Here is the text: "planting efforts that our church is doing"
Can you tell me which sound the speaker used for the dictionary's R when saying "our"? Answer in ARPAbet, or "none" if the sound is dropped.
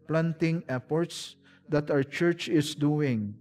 W